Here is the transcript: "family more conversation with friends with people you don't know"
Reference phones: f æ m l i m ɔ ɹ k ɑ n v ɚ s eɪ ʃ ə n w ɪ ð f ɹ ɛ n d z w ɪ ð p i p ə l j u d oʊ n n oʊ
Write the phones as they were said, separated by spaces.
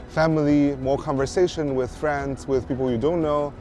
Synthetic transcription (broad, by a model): f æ m l i m ɔ ɹ k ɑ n v ɚ s eɪ ʃ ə n w ɪ ð f ɹ ɛ n d z w ɪ ð p i p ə l j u d oʊ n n oʊ